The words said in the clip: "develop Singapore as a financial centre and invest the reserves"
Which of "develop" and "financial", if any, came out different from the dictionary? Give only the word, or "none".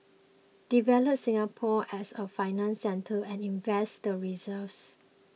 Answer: financial